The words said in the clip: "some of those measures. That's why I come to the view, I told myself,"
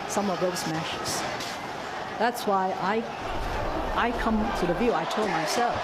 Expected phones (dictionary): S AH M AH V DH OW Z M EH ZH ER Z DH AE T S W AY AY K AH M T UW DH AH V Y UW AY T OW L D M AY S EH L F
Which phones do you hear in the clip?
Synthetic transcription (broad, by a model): S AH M AH V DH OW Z M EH SH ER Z DH AE T S W AY AY K AH M T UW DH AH V Y UW AY T OW L D M AY S EH L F